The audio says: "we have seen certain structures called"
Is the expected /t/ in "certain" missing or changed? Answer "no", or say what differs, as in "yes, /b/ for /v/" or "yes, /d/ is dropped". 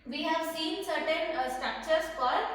no